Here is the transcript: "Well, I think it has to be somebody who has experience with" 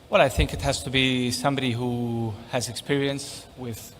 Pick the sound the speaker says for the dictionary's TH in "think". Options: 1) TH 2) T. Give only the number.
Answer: 1